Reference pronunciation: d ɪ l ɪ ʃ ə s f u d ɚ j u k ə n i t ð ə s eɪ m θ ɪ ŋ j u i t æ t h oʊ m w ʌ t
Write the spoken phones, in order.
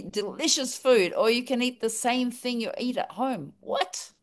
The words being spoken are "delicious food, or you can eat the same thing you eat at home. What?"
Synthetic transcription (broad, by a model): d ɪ l ɪ ʃ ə s f u d ɚ j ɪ k ə n i t ð ə s eɪ m θ ɪ ŋ j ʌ i t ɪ t h oʊ m w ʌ t